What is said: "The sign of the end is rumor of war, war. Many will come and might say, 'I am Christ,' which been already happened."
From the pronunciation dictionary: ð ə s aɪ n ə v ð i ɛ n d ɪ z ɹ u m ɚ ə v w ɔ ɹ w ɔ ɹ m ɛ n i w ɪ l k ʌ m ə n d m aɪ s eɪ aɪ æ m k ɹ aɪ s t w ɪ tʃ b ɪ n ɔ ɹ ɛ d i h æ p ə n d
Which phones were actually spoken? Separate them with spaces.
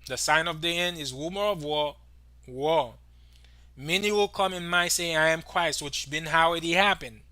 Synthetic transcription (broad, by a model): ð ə s aɪ n ə v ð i ɛ n d ɪ z w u m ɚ ə v w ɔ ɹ w ɔ ɹ m ɛ n i w ɪ l k ʌ m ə n m aɪ s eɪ aɪ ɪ m k ɹ aɪ s t w ɪ tʃ b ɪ n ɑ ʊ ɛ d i h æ p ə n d